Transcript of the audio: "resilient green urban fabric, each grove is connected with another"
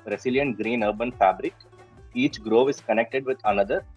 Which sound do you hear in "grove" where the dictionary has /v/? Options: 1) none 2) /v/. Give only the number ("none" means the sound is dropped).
2